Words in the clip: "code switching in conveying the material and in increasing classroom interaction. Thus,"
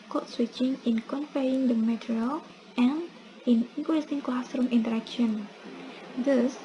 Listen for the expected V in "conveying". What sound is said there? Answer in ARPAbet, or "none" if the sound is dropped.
F